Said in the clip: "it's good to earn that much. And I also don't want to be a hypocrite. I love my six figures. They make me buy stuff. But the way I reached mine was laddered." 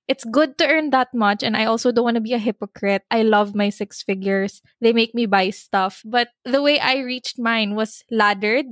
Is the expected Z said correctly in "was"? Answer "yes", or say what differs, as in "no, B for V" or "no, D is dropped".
no, S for Z